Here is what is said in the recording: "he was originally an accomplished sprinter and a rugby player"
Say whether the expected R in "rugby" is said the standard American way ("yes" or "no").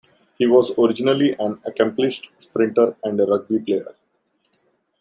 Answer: yes